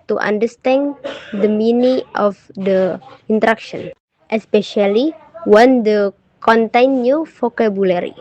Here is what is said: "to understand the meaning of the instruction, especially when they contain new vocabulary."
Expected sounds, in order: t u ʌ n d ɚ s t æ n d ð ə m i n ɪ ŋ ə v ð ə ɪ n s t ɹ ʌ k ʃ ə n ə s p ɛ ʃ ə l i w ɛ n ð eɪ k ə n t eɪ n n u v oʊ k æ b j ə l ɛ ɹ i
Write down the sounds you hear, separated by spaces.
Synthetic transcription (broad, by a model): t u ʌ n d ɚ s t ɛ n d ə m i n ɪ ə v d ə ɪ n t ɹ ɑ k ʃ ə n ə s p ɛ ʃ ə l i w ɛ n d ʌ k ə n t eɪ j n u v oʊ k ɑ b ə l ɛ ɹ i